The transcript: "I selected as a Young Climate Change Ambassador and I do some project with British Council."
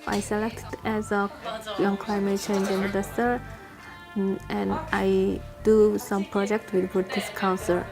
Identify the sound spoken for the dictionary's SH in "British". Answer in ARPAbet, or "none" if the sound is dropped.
S